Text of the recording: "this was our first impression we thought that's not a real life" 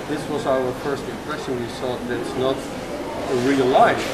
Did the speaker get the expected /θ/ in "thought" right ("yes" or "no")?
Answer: no